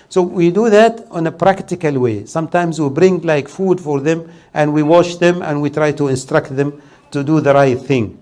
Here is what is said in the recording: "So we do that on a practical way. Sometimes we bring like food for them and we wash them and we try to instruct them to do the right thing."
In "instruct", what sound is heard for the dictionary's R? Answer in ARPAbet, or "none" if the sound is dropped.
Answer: R